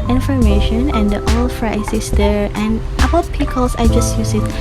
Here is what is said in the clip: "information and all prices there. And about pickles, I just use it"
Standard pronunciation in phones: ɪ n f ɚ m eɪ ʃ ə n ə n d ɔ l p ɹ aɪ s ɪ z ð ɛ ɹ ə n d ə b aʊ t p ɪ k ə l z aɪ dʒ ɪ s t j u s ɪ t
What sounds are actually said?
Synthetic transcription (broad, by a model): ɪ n f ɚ m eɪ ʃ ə n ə n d ɔ l f ɹ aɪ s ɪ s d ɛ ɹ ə n ə b aʊ t p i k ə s aɪ dʒ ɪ s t j u s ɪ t